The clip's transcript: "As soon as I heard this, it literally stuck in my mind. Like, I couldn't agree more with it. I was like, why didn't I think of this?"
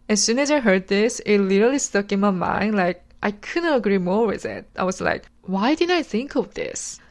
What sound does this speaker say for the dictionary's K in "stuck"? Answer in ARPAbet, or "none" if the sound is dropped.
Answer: K